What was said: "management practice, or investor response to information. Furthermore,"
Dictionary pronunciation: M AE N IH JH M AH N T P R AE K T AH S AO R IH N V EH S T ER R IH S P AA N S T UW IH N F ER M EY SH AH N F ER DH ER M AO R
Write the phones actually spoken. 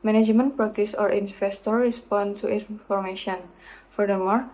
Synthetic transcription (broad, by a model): M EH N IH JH M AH N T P R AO T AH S AO R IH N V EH S T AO R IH S P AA N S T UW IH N F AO M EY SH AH N F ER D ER M AO R